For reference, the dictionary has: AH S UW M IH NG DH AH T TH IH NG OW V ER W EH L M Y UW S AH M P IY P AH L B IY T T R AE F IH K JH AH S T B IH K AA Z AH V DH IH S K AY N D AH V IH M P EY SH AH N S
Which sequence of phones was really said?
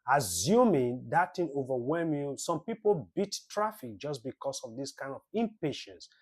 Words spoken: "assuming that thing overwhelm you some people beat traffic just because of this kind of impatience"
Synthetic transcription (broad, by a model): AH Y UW M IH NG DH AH T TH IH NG OW V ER W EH L M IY S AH M P IY P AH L B IY T T R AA F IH K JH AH S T B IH K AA S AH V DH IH S K AY N D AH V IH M P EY SH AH N S